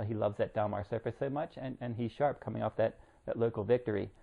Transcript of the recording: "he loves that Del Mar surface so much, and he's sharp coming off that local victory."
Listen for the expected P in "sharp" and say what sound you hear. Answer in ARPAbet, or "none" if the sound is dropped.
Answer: P